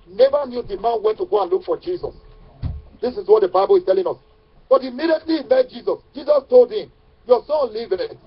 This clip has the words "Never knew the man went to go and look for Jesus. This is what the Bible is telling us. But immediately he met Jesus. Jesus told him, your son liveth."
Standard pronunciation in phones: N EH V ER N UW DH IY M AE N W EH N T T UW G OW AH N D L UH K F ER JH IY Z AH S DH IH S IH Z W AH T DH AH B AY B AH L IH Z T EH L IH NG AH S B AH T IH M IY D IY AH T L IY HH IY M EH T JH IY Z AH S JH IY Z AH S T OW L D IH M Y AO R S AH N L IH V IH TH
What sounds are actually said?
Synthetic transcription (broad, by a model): N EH V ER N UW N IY M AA N W EH N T T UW G OW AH N L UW K F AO JH IY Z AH S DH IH S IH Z W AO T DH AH B AY B AH L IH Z T EH L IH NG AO S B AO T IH M IY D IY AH T L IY IY M EH T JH IY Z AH S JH IY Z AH S T OW L D IH M Y AO S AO N L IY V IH